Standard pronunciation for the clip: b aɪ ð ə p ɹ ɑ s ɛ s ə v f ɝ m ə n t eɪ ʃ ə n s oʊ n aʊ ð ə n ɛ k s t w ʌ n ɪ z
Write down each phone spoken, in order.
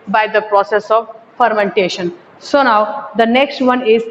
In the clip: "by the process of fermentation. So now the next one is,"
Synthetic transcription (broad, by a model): b aɪ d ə p ɹ ɑ s ɛ s ə v f ɝ m ə n t eɪ ʃ ə n s oʊ n aʊ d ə n ɛ k s t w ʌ n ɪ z